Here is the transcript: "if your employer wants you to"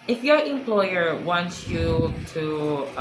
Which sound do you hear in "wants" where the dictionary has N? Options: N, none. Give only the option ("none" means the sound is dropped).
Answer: N